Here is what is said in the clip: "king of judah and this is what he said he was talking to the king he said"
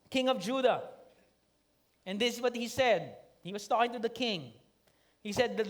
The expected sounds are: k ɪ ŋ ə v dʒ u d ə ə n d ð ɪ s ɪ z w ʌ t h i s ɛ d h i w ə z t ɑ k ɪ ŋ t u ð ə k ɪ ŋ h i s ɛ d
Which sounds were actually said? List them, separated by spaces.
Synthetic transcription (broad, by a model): k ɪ ŋ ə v dʒ u d ə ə n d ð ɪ s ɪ s w ʌ t h i s ɛ d h i w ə s t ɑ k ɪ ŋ t u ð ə k ɪ ŋ h i s ɛ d